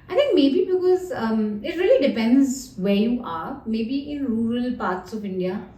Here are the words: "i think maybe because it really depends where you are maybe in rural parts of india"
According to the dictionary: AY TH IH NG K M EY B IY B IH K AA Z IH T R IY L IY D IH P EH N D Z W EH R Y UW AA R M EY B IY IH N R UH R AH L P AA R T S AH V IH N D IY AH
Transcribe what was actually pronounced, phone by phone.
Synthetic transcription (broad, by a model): AY T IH NG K M EY B IY B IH K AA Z IH T R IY L IY D IH P EH N D Z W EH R Y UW AA R M EY B IY IH N R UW R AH L P AA R T S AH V IH N D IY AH